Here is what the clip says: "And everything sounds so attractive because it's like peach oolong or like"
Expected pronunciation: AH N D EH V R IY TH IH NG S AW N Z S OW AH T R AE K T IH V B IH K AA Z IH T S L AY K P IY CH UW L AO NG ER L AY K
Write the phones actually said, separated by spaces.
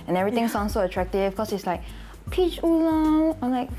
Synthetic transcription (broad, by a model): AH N EH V R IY T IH NG S AW N S OW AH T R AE K T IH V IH K AA S IH T S L AY K P IY CH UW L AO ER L AY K